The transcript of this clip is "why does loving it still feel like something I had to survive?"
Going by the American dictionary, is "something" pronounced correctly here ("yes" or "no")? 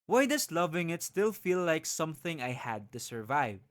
yes